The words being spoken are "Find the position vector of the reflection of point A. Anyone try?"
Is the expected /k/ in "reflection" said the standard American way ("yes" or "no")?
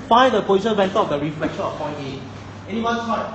yes